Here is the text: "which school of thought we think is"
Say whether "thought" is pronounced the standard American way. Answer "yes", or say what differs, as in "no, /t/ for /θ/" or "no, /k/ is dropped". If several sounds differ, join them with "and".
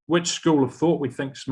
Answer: yes